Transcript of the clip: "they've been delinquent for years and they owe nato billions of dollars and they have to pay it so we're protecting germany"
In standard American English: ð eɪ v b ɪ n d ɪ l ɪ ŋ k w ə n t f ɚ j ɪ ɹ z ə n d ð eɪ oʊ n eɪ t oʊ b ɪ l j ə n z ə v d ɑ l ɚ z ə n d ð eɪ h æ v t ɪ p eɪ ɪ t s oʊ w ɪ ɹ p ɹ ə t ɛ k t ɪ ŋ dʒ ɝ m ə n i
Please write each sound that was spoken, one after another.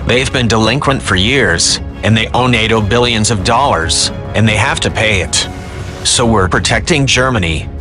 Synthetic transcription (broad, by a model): ð eɪ v b ɪ n d ɪ l ɪ ŋ k w ə n t f ɚ j ɪ ɹ z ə n ð eɪ oʊ n eɪ t oʊ b ɪ l j ə n z ə v d ɑ l ɚ z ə n ð eɪ h æ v t ɪ p eɪ ɪ t s oʊ w ɪ ɹ p ɹ ə t ɛ k t ɪ ŋ dʒ ɝ m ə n i